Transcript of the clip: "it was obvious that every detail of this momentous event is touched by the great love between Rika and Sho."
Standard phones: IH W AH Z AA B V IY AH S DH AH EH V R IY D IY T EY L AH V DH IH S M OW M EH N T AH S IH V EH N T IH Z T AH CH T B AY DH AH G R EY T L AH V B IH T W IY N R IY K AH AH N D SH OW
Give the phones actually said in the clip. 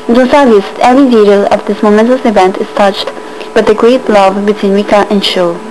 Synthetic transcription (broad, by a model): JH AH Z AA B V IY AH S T EH V R IY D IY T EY L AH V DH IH S M OW M EH N T AH S IH V EH N T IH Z T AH CH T B AY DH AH G R EY T L AH V B IH T W IY N W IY K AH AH N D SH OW